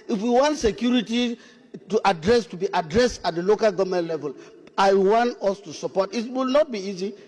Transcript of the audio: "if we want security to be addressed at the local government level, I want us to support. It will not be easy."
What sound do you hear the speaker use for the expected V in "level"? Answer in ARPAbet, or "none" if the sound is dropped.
V